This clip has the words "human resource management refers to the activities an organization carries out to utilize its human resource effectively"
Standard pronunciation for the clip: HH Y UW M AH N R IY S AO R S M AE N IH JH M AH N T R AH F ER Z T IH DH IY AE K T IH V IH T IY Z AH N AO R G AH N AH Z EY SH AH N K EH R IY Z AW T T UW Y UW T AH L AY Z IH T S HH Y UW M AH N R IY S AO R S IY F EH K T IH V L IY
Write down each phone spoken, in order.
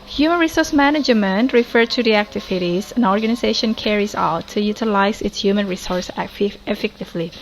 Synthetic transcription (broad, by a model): HH Y UW M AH N R IY S AO R S M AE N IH JH M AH N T R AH F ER T IH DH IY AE K T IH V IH T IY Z AH N AO R G AH N AH Z EY SH AH N K EH R IY Z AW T T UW Y UW T AH L AY Z IH T S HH Y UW M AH N R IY S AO R S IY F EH K T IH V L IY